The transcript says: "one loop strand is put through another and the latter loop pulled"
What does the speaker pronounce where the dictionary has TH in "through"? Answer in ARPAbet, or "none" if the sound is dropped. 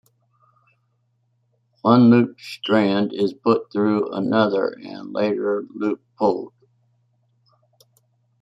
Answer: TH